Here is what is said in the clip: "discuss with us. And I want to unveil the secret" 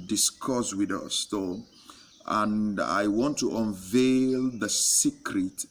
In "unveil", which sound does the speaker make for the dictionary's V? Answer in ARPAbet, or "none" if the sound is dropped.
V